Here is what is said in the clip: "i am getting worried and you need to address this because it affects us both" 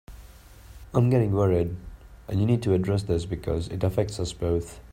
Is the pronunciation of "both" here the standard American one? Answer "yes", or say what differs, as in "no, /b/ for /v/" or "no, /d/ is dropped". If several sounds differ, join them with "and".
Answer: yes